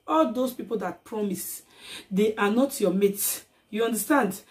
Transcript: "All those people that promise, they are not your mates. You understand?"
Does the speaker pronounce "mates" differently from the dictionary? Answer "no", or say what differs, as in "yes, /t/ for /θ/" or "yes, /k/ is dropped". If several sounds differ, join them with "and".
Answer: yes, /s/ is dropped